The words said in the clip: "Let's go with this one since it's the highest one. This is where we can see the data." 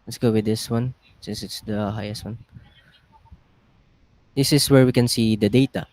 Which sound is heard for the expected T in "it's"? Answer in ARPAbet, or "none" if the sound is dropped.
T